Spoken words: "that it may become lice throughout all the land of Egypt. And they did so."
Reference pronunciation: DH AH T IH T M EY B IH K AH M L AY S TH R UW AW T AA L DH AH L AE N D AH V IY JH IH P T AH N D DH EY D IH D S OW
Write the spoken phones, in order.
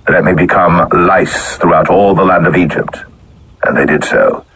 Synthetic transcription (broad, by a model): DH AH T IH T M EY B IH K AH M L AY S TH R UW AW T AA L DH AH L AE N D AH V IY JH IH P T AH N DH EY D IH D S OW